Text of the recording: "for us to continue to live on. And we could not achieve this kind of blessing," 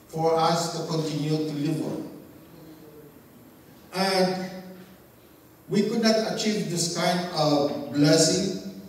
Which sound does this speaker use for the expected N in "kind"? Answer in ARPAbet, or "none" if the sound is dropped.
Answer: N